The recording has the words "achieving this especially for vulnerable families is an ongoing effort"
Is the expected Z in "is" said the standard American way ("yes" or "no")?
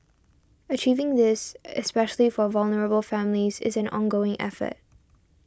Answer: yes